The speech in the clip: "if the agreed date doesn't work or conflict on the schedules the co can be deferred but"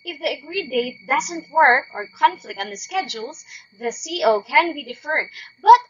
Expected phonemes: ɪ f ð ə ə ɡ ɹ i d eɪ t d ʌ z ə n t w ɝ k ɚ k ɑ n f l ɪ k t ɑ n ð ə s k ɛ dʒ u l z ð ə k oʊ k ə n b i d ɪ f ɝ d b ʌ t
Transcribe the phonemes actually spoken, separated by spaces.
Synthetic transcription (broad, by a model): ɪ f ð ə ə ɡ ɹ i d eɪ t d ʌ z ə n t w ɝ k ɚ k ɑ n f l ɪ k t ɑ n ð ə s k ɛ dʒ u l z ð ə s oʊ k ə n b i d ɪ f ɝ d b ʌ t